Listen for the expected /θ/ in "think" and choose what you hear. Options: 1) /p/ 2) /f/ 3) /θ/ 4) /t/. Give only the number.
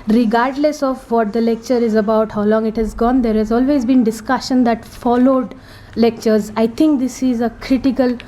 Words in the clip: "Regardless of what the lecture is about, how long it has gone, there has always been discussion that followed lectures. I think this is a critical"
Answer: 4